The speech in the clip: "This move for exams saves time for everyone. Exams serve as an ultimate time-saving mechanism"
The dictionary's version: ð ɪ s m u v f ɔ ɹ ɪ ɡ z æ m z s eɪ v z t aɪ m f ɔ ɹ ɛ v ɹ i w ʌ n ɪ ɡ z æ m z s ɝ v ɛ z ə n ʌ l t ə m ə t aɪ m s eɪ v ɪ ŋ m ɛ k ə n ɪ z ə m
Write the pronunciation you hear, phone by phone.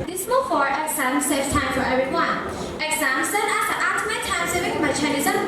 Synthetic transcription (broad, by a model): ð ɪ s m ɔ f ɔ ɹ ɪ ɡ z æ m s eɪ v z t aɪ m f ɔ ɹ ɛ v ɹ i w ʌ n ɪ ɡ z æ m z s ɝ ɛ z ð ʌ t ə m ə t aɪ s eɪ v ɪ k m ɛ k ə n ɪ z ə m